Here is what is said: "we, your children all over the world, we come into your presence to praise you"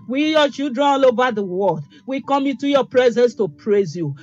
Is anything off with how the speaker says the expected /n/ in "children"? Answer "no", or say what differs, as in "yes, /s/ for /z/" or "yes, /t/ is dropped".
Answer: yes, /n/ is dropped